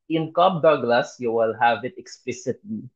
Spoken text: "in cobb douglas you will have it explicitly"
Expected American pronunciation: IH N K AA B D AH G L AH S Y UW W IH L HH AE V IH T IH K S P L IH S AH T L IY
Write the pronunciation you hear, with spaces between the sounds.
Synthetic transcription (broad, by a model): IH N K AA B D AH G L AH S Y UW W IH L HH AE V IH T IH K S P L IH S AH T L IY